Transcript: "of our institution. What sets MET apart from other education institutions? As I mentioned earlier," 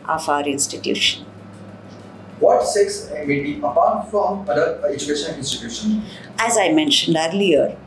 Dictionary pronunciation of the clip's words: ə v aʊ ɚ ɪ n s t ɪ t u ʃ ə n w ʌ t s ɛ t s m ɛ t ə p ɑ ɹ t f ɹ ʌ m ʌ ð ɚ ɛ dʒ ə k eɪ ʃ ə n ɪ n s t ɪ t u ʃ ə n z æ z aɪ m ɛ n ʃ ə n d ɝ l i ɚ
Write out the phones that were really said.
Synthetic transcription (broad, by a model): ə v aʊ ɚ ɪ n s t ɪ t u ʃ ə n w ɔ t s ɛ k s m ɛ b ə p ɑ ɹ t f ɹ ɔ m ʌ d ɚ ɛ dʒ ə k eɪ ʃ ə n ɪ n s t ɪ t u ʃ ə n æ z aɪ m ɛ n ʃ ə n d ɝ l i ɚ